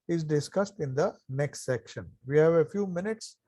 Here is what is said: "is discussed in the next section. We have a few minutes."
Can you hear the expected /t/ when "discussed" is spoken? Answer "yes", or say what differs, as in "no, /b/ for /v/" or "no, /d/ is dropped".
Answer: yes